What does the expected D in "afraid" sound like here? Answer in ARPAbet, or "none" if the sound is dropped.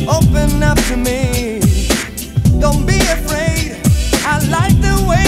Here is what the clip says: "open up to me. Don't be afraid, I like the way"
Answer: D